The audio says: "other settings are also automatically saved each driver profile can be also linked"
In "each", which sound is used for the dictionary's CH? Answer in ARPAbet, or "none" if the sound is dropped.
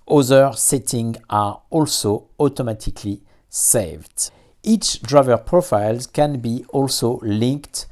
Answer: CH